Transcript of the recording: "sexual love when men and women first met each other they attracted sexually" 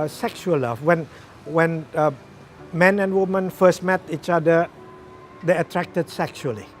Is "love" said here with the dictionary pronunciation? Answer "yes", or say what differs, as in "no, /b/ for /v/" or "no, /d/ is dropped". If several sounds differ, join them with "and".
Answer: no, /w/ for /l/